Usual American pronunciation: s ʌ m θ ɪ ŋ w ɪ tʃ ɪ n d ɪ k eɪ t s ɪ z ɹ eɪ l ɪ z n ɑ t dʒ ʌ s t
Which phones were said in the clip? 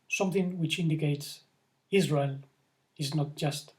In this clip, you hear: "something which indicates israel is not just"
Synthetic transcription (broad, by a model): s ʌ m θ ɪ ŋ w ɪ tʃ ɪ n d ɪ k eɪ t s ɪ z ɹ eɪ l ɪ z n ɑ t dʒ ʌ s t